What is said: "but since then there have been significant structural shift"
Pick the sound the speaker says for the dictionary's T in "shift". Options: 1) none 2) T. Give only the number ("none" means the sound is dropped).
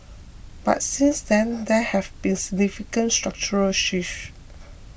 1